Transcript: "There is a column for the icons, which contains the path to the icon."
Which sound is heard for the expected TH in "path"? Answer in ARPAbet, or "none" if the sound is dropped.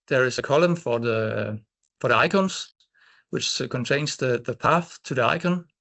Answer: TH